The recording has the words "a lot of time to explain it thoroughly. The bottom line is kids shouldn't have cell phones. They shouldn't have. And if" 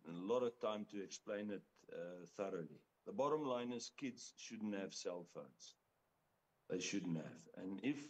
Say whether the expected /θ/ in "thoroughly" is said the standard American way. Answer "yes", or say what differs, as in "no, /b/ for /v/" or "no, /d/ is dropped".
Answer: yes